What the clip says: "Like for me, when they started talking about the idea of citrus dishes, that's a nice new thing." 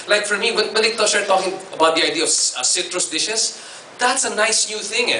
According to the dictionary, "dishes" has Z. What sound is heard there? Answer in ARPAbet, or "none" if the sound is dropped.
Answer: S